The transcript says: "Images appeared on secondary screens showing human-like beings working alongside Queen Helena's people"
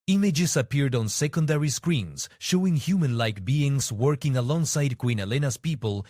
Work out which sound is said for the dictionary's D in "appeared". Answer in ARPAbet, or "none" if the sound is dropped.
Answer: D